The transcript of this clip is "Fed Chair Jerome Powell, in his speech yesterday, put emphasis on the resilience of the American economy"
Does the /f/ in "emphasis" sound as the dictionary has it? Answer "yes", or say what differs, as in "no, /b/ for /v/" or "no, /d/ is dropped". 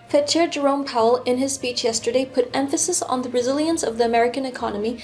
yes